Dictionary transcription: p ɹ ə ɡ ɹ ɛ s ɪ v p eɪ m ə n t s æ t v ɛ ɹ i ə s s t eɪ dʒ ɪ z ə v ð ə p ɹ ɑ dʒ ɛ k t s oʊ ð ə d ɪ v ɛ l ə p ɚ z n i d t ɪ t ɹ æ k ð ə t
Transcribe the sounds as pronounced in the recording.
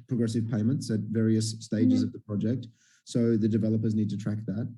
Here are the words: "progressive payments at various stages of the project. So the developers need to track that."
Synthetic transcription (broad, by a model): p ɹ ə ɡ ɹ ɛ s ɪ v p eɪ m ə n t s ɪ t v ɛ ɹ i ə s s t eɪ dʒ ɪ z ə v ð ə p ɹ ɑ dʒ ɛ k t s oʊ ð ə d ɪ v ɛ l ə p ɚ z n i d t ɪ t ɹ æ k ð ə t